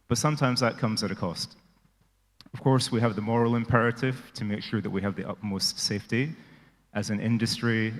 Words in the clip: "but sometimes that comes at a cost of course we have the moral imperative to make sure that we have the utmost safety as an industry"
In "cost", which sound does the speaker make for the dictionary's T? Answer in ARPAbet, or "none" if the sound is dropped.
T